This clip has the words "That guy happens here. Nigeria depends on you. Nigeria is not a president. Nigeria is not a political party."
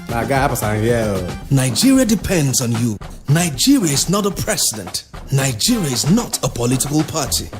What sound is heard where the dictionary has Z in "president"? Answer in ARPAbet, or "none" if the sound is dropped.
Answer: S